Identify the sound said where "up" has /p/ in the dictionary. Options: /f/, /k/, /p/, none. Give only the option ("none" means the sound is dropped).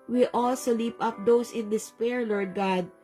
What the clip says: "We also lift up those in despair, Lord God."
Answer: /p/